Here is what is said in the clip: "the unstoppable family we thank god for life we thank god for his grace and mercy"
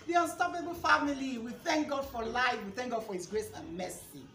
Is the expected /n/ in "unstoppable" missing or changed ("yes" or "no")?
no